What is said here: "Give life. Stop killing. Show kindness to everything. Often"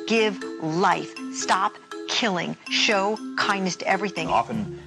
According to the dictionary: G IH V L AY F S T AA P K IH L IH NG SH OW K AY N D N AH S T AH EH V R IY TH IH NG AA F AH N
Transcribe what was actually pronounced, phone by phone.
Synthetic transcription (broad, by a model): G IH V L AY F S T AA P K IH L IH NG SH OW K AY N D AH S T EH V R IY TH IH NG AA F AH N